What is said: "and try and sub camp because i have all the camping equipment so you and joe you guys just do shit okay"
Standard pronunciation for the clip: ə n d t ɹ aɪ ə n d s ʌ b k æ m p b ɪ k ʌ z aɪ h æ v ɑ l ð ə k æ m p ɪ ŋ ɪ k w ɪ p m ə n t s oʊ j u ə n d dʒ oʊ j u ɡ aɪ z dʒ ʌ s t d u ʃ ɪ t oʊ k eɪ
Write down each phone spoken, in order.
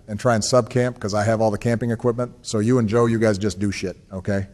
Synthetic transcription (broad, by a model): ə n t ɹ aɪ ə n s ʌ b k æ m p k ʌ z aɪ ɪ v ɑ l ð ə k æ m p ɪ ŋ ɪ k w ɪ p m ə n t s oʊ j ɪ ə n dʒ oʊ j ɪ ɡ aɪ z dʒ ʌ s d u ʃ ɪ t oʊ k eɪ